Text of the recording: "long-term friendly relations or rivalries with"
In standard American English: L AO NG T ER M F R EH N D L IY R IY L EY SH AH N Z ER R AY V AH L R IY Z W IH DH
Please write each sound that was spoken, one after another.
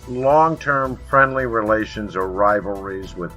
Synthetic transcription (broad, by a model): L AO NG T ER M F R EH N D L IY R IY L EY SH AH N Z ER R AY V L R IY Z W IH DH